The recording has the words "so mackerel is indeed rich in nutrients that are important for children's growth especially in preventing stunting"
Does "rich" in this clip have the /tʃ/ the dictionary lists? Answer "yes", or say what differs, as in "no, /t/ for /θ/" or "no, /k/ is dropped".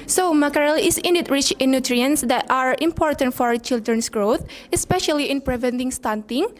yes